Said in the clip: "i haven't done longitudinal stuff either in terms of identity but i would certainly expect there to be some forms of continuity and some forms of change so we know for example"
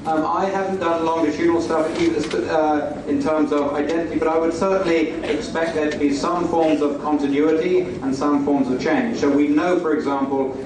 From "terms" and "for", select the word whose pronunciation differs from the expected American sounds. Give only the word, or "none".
none